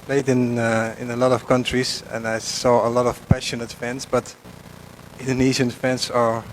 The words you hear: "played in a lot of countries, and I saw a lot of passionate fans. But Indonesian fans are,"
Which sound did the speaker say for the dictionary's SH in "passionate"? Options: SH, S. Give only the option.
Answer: SH